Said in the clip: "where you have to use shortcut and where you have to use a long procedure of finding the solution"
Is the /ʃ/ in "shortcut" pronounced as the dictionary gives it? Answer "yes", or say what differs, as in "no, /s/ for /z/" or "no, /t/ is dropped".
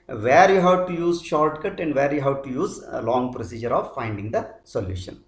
yes